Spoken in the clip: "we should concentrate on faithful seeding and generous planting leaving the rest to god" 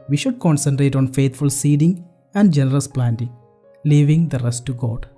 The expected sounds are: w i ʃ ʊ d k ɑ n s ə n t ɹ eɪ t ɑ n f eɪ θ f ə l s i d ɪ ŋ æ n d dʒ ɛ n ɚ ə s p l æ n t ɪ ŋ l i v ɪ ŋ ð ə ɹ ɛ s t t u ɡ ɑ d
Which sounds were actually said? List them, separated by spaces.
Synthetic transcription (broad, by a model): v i ʃ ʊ d k ɑ n s ə n t ɹ eɪ t ɑ n f eɪ t f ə l s i d ɪ ŋ æ n d dʒ ɛ n ɚ ə s p l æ n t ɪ ŋ l i v ɪ ŋ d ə ɹ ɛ s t t u ɡ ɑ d